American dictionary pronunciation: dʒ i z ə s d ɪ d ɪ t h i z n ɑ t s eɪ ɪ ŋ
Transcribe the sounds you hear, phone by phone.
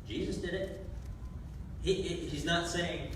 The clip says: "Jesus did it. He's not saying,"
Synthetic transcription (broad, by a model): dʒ i z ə s d ɪ d ɪ t h i z n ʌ t s eɪ ɪ ŋ